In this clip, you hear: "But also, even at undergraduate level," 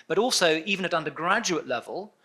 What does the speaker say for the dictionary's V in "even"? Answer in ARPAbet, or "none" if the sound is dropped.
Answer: V